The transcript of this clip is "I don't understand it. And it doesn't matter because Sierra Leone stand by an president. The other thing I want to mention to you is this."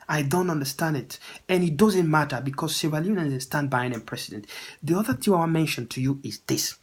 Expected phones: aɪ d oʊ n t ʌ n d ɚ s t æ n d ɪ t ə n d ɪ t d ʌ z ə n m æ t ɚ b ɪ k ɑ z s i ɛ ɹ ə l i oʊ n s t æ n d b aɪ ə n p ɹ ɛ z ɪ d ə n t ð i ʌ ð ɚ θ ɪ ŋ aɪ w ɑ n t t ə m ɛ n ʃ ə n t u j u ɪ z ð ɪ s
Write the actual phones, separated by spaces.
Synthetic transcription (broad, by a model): aɪ d oʊ n t ʌ n d ɚ s t æ n d ɪ t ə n ɪ t d ʌ z ə n m æ t ɚ b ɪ k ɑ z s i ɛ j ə n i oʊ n s t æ n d b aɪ ə n p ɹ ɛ s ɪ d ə n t ð i ʌ ð ɚ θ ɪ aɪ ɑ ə m ɛ n ʃ ə n t u j u ɪ z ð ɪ s